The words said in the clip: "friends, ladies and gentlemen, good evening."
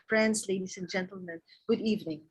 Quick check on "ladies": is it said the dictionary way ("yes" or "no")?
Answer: no